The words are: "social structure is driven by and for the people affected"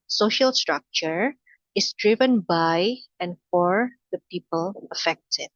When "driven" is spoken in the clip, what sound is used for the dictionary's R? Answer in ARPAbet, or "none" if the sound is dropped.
R